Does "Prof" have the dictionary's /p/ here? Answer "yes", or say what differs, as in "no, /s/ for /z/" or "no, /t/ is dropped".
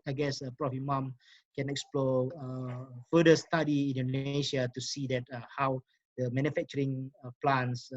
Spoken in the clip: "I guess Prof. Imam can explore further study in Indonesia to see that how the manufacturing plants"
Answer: yes